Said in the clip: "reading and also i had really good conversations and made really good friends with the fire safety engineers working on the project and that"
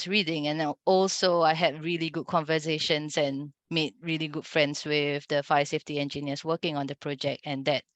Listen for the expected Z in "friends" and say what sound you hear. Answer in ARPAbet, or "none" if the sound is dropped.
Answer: S